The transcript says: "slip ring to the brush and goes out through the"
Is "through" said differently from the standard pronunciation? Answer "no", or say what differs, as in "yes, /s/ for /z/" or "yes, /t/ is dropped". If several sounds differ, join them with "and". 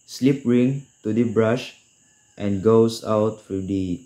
yes, /f/ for /θ/